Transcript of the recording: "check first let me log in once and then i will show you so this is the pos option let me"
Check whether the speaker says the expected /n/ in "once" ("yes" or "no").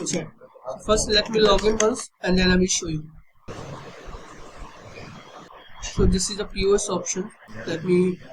no